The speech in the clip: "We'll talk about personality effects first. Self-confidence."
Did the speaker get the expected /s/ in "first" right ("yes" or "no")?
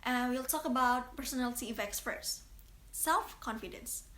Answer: no